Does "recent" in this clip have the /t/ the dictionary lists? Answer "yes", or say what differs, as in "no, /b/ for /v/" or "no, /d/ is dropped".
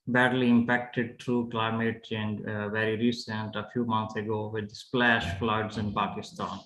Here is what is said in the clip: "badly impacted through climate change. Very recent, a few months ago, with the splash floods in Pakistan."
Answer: yes